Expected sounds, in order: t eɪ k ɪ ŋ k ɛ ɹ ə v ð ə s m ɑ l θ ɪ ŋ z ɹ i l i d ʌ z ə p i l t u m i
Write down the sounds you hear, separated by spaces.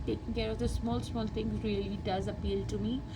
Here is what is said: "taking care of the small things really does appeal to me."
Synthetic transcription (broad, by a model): t eɪ k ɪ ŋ k ɛ ɹ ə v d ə s m ɑ l s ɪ ŋ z ɹ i l i d ʌ z ə p i l t u m i